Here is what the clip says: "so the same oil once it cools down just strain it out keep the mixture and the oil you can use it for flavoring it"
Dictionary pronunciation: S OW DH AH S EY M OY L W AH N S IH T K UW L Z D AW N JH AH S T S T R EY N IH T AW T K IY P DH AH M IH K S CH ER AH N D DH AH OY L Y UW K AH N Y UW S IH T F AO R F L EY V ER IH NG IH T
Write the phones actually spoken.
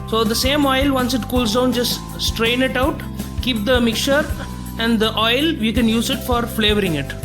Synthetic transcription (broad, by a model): S OW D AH S EY M OY L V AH N S IH T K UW L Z D AW N JH AH S T S T R EY N IH T AW T K IY P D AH M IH K CH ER AH N D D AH OY L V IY K AH N Y UW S IH T F AO R F L EY V ER IH NG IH T